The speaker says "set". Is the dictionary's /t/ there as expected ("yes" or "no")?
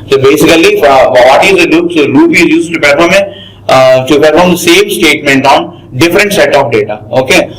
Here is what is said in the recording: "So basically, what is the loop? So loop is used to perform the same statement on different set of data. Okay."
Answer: yes